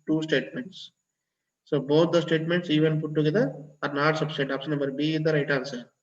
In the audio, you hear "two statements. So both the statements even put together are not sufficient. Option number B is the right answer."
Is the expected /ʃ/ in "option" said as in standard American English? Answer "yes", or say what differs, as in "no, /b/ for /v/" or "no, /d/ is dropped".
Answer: no, /s/ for /ʃ/